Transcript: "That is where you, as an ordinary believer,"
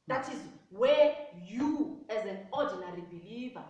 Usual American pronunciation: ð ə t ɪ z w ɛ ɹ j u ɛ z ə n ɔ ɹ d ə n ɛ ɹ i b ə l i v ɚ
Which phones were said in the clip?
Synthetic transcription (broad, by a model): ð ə t ɪ z w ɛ j u ɛ z ə n ɔ d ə n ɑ ɹ i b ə l i v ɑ